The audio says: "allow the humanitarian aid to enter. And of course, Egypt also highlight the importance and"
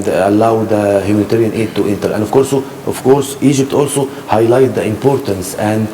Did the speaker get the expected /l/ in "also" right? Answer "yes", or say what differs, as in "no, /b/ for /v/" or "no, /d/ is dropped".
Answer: yes